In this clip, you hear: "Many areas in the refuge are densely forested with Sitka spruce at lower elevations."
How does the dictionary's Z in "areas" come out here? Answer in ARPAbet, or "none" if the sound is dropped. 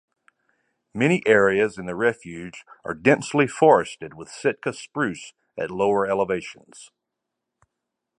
Z